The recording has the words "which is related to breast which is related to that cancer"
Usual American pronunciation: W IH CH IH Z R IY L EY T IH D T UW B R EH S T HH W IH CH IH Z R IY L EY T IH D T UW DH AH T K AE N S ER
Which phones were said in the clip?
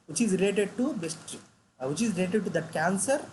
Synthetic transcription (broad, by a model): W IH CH IH Z R IY L EY T IH D T UW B EH S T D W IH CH IH Z R IY L EY T IH D T UW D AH T K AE N S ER